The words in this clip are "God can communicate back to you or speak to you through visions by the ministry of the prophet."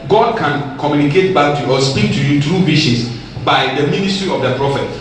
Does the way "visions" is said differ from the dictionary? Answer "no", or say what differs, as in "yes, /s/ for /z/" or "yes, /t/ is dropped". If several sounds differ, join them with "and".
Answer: yes, /ʃ/ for /ʒ/